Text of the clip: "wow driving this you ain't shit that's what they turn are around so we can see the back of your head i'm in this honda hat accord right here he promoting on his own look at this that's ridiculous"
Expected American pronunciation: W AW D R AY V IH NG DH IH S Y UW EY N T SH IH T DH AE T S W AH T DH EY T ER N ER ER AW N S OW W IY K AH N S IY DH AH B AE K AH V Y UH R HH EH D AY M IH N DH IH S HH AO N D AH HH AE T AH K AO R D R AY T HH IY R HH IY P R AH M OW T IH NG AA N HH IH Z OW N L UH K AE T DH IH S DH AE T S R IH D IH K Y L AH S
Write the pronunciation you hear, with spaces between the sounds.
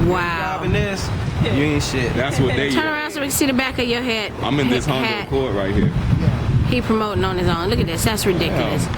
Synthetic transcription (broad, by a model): W AW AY IH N DH IH S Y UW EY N SH IH T DH AE T S W AH T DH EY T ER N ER ER AW N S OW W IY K S IY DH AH B AE K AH Y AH R HH EH D AY M IH N DH IH S HH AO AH HH AE T K AO R R AY T HH IY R HH IY P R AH M OW T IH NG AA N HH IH Z OW N L UH K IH T DH IH S DH AE T S R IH D IH K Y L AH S